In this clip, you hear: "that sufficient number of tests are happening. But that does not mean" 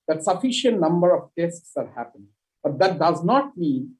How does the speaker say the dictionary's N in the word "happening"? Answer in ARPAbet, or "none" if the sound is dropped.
none